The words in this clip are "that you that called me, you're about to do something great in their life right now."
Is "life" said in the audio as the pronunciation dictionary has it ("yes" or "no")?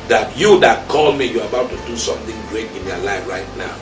yes